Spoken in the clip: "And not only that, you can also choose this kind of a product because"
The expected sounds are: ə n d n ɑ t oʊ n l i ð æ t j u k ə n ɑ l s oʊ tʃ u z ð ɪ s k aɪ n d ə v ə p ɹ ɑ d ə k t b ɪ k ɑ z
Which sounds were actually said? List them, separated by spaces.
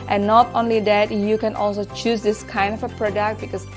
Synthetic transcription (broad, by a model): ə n n ɑ t oʊ n l i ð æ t j u k ə n ɑ l s oʊ tʃ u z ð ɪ s k aɪ n d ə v ə p ɹ ɑ d ə k t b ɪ k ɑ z